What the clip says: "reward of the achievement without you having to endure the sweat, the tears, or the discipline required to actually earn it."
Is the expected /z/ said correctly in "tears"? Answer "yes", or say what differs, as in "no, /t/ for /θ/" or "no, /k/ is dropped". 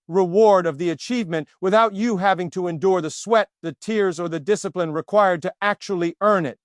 yes